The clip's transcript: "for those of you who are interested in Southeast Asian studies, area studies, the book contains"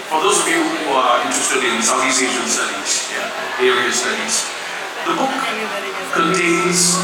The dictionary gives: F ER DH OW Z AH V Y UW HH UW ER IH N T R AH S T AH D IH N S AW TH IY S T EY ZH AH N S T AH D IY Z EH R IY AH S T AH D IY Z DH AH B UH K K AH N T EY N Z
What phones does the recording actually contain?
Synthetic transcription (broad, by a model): F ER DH OW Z AH V Y UW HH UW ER IH N T R AH S T AH D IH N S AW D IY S EY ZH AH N S T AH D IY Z EH R IY AH S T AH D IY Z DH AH B UH K K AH N T EY N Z